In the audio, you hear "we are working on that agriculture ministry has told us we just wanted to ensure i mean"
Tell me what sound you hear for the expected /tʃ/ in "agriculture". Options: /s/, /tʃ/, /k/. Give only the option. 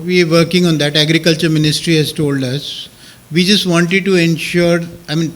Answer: /tʃ/